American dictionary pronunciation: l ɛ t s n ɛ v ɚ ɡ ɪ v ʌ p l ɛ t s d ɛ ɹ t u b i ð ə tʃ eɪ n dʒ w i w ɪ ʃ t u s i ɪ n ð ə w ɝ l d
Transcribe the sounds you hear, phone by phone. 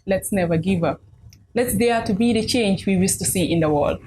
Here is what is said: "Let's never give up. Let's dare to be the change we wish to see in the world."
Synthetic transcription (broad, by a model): l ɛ t s n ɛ v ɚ ɡ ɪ v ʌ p l ɛ t s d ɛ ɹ t u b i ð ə tʃ eɪ n dʒ w i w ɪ s t u s i ɪ n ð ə w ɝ l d